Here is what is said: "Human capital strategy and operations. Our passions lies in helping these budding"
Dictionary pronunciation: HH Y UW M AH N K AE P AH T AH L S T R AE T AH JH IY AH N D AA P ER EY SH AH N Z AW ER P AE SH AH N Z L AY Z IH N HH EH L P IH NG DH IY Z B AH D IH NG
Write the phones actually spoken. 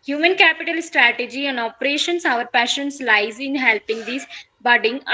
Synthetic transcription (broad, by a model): HH Y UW M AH N K AE P AH T AH L S T R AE T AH JH IY AH N D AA P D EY SH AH N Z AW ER P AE SH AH N S L AY Z IH N HH EH L P IH NG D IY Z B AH D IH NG